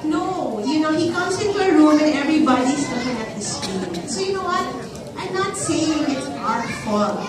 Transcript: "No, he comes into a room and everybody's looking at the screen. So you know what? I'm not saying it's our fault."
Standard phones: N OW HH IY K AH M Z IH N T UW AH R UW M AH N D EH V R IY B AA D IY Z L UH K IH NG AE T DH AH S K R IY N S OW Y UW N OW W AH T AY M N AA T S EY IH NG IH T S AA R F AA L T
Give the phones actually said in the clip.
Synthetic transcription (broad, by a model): N OW HH IY K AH M S IH N T UW AH R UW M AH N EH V R IY B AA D IY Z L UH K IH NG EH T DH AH S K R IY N S OW Y UW N OW W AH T AY M N AA T S EY IH NG IH T S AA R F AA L